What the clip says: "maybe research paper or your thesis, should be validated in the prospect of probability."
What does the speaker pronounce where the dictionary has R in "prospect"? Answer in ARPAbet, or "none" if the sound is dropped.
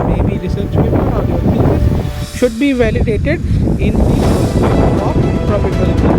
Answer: none